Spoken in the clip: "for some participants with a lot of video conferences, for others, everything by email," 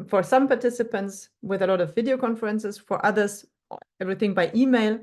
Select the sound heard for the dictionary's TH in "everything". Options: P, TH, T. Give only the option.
TH